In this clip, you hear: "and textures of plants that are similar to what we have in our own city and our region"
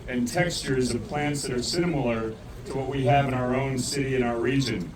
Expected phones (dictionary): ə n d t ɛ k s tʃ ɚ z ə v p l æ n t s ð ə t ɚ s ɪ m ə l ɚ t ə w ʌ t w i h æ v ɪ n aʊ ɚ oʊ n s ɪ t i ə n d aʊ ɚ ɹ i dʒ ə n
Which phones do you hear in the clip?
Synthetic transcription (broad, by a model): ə n t ɛ k s tʃ ɚ z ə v p l æ n t s ð ə t ɚ s ɪ m l ɚ t ə w ʌ t w i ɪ v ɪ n aʊ ɚ oʊ n s ɪ t i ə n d aʊ ɚ ɹ i dʒ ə n